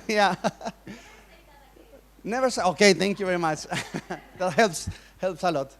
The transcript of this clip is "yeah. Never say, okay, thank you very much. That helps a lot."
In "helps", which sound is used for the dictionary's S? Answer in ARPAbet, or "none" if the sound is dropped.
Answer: S